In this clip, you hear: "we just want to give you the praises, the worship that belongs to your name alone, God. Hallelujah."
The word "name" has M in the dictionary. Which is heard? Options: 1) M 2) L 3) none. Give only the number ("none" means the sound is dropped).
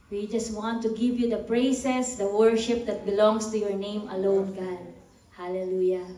1